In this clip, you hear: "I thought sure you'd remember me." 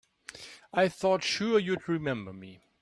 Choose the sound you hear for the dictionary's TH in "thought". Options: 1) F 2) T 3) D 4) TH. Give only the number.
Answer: 4